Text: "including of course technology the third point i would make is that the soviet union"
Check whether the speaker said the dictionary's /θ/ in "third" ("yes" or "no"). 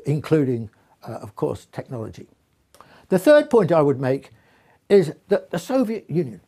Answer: yes